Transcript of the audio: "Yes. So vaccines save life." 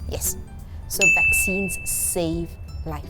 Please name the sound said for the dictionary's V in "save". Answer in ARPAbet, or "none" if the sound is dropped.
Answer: V